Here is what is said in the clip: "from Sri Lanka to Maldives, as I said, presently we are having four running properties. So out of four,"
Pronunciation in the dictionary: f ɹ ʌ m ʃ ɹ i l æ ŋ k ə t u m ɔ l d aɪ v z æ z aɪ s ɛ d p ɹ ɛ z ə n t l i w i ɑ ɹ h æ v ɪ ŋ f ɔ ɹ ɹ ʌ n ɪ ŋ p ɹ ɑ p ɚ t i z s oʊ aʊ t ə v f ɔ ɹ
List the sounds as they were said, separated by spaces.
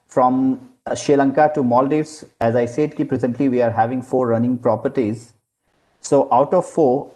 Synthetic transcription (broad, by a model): f ɹ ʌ m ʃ i l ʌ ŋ k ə t u m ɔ l d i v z æ z aɪ s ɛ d p ɹ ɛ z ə n t l i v i ɑ ɹ h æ v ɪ ŋ f ɔ ɹ ɹ ʌ n ɪ ŋ p ɹ ɑ p ɚ t i z s oʊ aʊ t ə v f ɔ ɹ